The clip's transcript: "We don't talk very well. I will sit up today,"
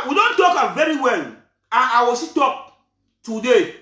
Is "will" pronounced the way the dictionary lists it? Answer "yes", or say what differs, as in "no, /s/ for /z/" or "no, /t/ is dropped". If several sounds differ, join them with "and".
no, /w/ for /l/